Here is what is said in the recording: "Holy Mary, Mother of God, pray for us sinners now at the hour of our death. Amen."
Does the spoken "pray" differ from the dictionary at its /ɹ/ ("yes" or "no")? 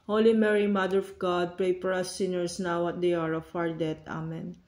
no